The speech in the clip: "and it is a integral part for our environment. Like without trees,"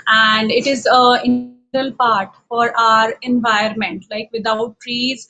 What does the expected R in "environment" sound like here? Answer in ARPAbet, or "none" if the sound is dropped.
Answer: none